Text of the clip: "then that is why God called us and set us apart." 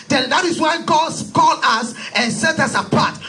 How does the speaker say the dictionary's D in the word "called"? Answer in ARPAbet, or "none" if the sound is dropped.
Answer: none